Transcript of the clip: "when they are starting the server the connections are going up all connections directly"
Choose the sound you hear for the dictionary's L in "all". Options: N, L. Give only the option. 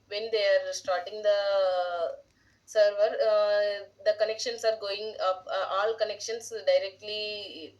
L